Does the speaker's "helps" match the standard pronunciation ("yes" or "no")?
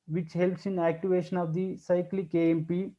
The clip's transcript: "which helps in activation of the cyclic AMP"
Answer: yes